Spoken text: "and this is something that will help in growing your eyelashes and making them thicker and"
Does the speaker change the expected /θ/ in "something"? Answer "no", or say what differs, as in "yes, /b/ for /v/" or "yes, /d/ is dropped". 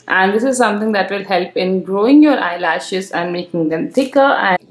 yes, /t/ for /θ/